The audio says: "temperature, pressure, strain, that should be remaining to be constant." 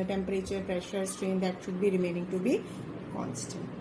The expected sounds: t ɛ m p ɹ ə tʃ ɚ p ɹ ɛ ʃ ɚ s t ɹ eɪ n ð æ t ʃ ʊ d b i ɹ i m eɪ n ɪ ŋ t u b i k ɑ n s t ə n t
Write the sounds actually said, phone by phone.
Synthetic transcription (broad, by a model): t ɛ m p ɹ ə tʃ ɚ p ɹ ɛ ʃ ɚ s t ɹ eɪ n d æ t ʃ ʊ d b i ɹ i m eɪ n ɪ ŋ t u b i k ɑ n s t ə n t